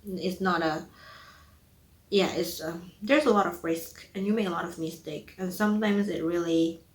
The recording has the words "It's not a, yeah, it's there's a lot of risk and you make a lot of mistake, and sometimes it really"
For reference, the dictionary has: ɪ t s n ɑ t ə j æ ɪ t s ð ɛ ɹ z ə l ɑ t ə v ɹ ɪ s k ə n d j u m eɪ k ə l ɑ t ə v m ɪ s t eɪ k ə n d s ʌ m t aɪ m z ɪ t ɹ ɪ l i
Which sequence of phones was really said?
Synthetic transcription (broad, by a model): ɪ t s n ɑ t ə j æ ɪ t s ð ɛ ɹ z ə l ɑ t ə v ɹ ɪ s k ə n j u m eɪ k ə l ɑ t ə v m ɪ s t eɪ k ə n s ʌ m t aɪ m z ɪ t ɹ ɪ l i